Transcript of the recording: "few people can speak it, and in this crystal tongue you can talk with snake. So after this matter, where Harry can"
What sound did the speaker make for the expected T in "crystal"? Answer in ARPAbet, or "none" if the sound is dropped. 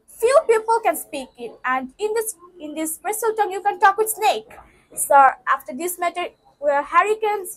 S